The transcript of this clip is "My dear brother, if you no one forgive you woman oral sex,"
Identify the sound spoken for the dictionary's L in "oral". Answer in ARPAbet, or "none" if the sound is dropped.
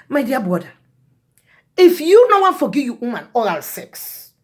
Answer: L